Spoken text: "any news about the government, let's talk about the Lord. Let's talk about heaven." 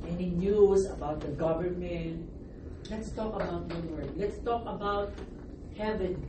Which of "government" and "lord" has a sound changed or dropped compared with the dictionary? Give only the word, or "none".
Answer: lord